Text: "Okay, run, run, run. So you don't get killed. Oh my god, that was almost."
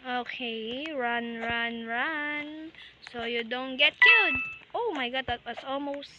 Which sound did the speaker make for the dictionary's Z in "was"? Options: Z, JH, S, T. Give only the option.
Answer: S